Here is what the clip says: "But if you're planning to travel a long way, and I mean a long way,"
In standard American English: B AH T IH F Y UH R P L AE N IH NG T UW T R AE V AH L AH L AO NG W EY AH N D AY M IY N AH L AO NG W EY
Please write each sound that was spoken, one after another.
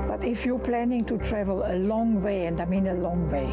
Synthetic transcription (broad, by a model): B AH T IH F Y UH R P L AE N IH NG T UW T R AE V AH L AH L AO NG W EY AH N D AY M IY N AH L AO NG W EY